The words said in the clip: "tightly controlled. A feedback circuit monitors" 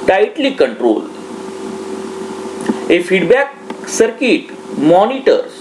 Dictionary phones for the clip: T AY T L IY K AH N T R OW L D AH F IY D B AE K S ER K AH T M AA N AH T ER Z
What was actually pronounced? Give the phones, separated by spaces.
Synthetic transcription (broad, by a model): T AY T L IY K AH N T R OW L AH F IY D B AE K S ER K AH T M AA N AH T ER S